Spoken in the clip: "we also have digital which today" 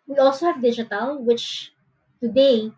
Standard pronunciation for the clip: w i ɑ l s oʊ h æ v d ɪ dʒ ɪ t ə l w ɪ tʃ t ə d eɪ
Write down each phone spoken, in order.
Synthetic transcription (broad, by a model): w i ɑ l s oʊ h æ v d ɪ dʒ ɪ t ə l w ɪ tʃ t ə d eɪ